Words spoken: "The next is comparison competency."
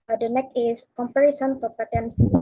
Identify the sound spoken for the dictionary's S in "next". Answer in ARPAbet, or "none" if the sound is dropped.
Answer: none